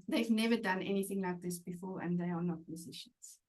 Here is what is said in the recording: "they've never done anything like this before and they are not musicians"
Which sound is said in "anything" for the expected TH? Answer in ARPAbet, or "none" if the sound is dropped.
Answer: TH